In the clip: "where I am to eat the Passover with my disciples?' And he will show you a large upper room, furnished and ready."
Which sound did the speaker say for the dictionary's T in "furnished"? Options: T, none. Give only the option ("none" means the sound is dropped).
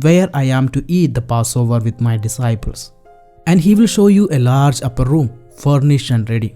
none